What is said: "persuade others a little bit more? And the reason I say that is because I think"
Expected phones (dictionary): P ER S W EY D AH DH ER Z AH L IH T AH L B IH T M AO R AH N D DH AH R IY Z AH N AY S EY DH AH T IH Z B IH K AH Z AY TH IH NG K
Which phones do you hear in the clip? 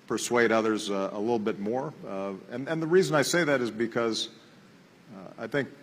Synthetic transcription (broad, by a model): P ER S W EY D AH DH ER Z AH L IH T L B IH T M AO R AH N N DH AH R IY Z AH N AY S EY DH AH T IH Z B IH K AH Z AY TH IH NG K